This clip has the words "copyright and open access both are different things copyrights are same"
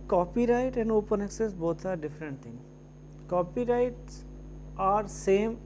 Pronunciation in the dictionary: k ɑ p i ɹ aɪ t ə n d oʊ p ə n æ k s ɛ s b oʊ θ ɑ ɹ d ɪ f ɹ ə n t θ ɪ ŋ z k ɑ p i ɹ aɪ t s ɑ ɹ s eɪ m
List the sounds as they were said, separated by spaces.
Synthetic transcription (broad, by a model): k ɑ p i ɹ aɪ t ə n d oʊ p ə n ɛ k s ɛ s b oʊ t ɑ ɹ d ɪ f ɹ ə n t t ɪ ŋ k ɑ p i ɹ aɪ t s ɑ ɹ s eɪ m